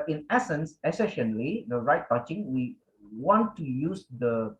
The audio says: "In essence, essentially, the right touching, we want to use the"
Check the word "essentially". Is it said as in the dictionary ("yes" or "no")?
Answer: no